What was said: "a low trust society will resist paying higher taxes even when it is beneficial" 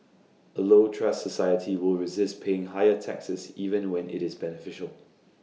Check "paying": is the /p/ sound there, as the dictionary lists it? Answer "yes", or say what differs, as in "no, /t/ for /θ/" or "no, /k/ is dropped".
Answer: yes